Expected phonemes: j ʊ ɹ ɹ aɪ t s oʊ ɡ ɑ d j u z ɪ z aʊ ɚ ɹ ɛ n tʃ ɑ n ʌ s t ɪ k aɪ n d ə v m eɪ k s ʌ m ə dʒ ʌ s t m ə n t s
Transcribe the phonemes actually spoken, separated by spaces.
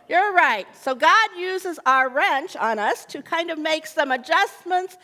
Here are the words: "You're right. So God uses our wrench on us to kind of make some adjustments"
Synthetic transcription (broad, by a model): j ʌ ɹ ɹ aɪ t s oʊ ɡ ɑ d j u z ɪ z aʊ ɚ ɹ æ n tʃ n ʌ s t ɪ k aɪ n d ə v m eɪ k s ʌ m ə dʒ ʌ s m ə n t s